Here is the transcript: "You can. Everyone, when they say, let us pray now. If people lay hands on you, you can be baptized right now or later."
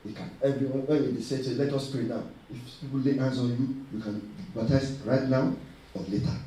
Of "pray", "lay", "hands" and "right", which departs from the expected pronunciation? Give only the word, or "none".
hands